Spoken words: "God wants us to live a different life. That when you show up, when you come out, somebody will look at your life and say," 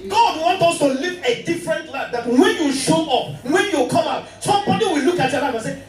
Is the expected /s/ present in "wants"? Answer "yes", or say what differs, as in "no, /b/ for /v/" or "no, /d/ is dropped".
no, /s/ is dropped